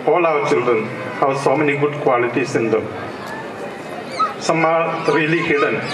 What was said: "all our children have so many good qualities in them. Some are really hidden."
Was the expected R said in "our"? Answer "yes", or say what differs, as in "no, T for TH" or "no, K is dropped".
no, W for R